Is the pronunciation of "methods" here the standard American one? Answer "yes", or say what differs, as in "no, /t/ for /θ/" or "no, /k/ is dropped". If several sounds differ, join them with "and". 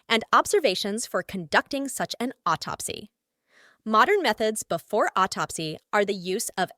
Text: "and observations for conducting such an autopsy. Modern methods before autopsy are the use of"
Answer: yes